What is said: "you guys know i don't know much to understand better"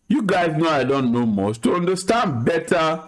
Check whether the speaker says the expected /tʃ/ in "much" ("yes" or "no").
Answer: no